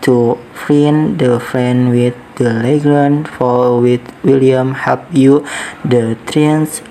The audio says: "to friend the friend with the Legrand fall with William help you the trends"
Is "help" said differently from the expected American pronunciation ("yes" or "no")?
yes